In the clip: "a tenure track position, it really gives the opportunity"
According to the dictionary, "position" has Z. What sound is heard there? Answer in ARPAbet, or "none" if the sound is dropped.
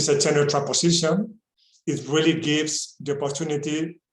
S